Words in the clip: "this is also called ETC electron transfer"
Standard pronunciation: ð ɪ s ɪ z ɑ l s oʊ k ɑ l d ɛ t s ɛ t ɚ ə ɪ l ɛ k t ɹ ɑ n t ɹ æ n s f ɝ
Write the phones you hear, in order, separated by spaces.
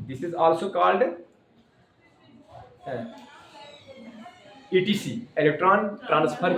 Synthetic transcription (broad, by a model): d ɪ s ɪ z ɑ l s oʊ k ɑ l d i t i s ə ɪ l ɛ k t ɹ ɑ n t ɹ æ n s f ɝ